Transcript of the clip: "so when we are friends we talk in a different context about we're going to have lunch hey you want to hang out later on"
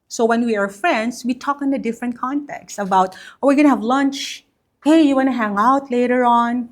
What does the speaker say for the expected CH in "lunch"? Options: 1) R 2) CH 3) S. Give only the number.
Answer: 2